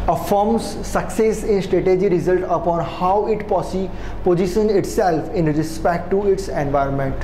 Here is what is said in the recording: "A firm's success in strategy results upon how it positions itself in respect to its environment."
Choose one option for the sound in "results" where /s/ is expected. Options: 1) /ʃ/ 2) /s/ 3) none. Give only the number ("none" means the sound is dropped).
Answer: 3